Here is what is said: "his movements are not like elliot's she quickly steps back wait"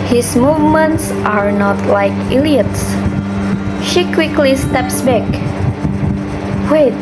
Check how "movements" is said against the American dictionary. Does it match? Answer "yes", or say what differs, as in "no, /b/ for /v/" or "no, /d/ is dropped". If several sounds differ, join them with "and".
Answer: yes